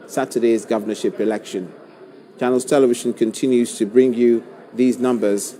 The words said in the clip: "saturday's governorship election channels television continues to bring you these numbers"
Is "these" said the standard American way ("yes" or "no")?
yes